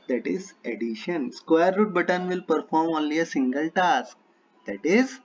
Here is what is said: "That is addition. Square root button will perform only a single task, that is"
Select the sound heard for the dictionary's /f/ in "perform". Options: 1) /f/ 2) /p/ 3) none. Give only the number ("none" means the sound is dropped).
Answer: 1